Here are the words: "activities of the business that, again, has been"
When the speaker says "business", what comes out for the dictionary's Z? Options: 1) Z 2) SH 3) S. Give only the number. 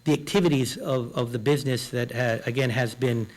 1